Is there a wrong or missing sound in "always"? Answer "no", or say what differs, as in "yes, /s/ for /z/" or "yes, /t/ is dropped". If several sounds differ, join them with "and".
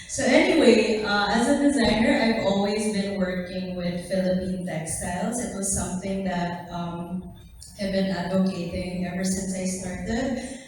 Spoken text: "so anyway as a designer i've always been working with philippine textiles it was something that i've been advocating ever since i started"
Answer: no